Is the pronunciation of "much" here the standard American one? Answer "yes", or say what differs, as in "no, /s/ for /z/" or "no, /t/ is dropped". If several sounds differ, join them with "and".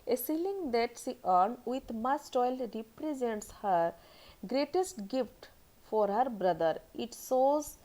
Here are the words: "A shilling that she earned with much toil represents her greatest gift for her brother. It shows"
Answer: no, /s/ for /tʃ/